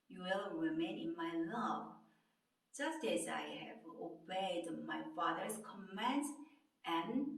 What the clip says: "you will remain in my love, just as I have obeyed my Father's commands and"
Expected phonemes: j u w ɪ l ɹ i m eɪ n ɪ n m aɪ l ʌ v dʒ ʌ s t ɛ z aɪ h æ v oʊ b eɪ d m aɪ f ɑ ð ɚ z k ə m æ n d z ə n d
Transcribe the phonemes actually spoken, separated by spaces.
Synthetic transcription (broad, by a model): j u w ɪ l ɹ i m eɪ n ɪ n m aɪ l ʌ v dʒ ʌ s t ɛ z aɪ h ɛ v oʊ b eɪ d m aɪ f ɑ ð ɚ s k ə m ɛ n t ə n